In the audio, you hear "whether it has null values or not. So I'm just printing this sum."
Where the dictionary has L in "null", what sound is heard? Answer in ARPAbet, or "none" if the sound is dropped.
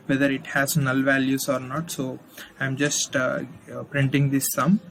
L